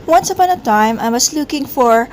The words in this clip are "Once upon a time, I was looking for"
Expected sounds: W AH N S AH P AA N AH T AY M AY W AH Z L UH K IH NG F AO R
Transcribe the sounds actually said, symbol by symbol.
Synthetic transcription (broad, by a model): W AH N S AH P AA N AH T AY M AY W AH S L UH K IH NG F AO R